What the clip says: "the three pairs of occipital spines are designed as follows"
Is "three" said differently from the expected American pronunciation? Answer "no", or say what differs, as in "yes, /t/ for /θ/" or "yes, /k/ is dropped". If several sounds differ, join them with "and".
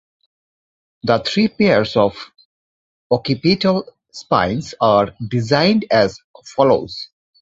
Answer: yes, /t/ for /θ/